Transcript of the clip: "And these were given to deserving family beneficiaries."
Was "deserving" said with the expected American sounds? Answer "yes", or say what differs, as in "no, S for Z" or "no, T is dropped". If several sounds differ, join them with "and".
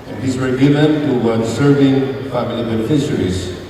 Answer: no, S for Z